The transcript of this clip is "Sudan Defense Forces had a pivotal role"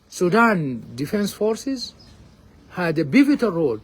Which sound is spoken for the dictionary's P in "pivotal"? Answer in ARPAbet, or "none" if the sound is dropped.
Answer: B